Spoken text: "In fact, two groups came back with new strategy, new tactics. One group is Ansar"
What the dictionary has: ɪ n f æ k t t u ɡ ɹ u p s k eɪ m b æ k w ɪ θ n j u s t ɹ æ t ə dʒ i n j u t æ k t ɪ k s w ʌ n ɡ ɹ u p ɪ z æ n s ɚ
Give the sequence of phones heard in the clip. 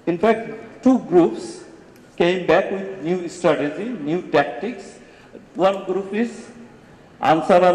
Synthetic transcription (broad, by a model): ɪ n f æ k t t u ɡ ɹ u p s k eɪ m b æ k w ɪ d n j u s t ɹ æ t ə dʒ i n j u t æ k t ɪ k s w ʌ n ɡ ɹ u p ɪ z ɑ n s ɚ